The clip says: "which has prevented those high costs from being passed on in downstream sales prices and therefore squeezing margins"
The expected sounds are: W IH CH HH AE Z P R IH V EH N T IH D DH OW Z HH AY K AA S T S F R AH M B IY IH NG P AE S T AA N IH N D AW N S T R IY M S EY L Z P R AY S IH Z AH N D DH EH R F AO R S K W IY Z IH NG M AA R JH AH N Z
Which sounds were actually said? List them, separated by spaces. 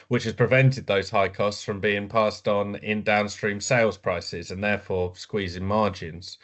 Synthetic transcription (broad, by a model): W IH CH HH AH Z P R IH V EH N T IH D DH OW Z HH AY K AA S T S F R AH M B IY IH NG P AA S T N IH N D AW N S T R IY M S EY L Z P R AY S IH Z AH N DH EH F AO S K W IY Z IH NG M AA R JH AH N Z